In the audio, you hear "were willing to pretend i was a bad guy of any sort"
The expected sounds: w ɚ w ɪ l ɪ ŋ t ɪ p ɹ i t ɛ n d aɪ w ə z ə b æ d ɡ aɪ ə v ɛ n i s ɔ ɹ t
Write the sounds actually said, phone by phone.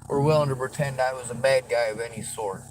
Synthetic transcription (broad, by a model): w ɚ w ɪ l ɪ ŋ t ɪ p ɹ i t ɛ n d aɪ w ə z ə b æ d ɡ aɪ ə v ɛ n i s ɔ ɹ t